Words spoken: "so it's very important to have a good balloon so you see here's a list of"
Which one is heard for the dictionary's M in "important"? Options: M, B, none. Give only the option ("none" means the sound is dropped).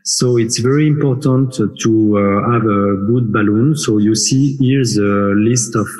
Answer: M